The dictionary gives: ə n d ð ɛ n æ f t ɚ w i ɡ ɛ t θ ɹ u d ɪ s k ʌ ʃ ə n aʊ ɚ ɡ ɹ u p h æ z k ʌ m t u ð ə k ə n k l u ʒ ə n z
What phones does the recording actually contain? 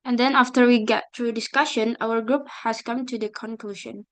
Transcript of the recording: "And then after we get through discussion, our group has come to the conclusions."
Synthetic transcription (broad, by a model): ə n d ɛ n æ f t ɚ w i ɡ ɛ t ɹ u d ɪ s k ʌ ʃ ə n aʊ ɚ ɡ ɹ u p h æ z k ʌ m t u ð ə k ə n k l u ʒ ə n